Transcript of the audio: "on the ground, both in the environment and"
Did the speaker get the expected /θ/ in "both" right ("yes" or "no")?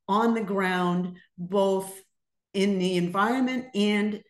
yes